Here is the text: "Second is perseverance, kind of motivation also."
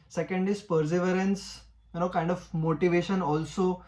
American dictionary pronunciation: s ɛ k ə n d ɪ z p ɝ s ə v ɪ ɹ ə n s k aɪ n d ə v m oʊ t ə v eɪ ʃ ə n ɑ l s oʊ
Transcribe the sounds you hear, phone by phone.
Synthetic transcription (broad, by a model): s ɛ k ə n d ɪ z p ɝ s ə v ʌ ɹ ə n s k aɪ n d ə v m oʊ t ə v eɪ ʃ ə n ɑ l s oʊ